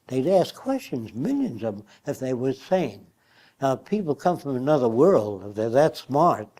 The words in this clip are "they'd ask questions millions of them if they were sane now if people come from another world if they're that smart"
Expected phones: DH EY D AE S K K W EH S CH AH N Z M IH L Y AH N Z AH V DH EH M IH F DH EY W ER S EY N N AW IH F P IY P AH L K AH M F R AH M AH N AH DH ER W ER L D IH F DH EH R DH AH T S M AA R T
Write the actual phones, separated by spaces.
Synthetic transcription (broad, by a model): DH EY D AE S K K W EH S CH AH N Z M IH L Y AH N Z AH V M IH F DH EY W ER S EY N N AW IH P IY P L K AH M F R AH M AH N AH DH ER W ER L D IH F DH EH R DH AH T S M AA R T